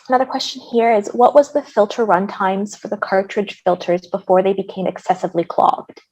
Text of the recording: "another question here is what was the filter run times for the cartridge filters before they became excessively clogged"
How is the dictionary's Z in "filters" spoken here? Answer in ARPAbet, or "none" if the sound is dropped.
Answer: Z